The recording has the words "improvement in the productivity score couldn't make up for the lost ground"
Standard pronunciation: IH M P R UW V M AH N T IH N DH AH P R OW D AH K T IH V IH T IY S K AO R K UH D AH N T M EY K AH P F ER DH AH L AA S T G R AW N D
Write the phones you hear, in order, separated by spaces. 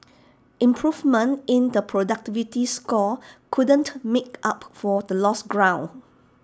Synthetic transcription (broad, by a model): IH M P R UW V M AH N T IH N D AH P R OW D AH K T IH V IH T IY S K AO K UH D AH N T M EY K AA P F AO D AH L AA S G R AW N